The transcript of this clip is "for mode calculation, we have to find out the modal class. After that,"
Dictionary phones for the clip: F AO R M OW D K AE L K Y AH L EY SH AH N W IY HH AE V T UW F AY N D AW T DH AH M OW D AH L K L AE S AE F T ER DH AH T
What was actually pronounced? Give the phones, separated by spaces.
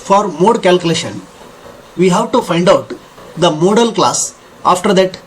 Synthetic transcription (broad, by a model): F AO R M OW D K AE L K Y AH L EY SH AH N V IY HH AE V T UW F AY N D AW T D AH M OW D AH L K L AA S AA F T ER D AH T